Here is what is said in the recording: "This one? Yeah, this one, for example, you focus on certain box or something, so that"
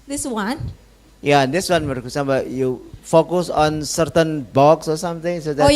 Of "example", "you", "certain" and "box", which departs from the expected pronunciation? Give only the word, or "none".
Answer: example